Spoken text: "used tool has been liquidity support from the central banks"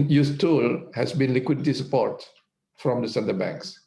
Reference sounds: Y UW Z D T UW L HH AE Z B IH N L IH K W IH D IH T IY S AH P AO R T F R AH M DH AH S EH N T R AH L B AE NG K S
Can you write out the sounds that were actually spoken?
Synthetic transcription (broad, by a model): Y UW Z T UW L HH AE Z B IH N L IH K W IH D IH T IY S AH P AO R T F R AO M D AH S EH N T AH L B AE NG K S